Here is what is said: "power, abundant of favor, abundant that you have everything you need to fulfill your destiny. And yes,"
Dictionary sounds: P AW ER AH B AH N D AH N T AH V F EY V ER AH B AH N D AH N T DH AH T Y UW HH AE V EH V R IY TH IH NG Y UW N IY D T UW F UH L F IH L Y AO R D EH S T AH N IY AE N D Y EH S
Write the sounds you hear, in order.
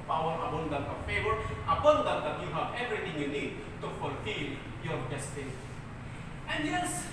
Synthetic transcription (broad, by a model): P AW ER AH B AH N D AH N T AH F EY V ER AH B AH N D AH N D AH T Y UW HH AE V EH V R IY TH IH NG Y UW N IY D T UW F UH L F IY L Y AO R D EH S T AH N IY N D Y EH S